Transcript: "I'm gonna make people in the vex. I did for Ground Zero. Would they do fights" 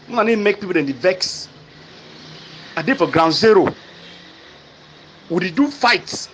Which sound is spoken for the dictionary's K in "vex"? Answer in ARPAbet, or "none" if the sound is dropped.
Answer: K